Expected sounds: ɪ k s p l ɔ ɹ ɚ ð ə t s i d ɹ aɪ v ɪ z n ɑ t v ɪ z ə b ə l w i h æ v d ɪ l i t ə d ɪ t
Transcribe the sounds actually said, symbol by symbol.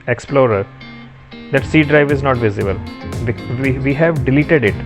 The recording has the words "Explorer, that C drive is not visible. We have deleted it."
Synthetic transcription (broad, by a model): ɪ k s p l ɔ ɹ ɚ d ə t s i d ɹ aɪ v ɪ z n ɑ t v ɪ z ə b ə l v i h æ v d ɪ l i t ə d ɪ t